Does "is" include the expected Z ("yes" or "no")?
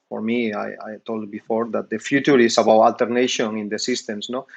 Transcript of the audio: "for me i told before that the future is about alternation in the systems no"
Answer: no